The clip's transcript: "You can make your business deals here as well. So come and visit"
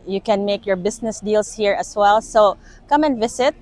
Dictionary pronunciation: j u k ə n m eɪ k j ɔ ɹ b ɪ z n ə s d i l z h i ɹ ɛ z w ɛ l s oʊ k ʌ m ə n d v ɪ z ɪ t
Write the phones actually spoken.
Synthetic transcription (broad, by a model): j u k ə n m eɪ k j ɔ ɹ b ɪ s n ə s d i l s h i ɹ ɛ s w ɛ l s oʊ k ʌ m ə n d v ɪ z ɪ t